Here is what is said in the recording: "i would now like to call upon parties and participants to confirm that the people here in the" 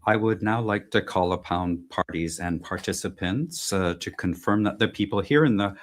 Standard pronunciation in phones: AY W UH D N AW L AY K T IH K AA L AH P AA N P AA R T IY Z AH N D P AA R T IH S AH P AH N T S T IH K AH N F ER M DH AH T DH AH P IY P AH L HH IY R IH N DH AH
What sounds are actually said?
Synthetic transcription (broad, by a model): AY W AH D N AW L AY K T IH K AA L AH P AA N P AA R T IY Z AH N P AA R T IH S AH P AH N T S T IH K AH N F ER M DH AH T DH AH P IY P L HH IY R IH N DH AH